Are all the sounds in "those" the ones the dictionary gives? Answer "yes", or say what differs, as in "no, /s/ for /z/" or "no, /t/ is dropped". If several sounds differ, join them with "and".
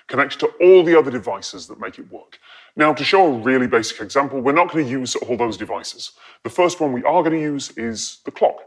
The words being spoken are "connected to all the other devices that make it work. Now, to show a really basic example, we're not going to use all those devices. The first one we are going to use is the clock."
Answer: yes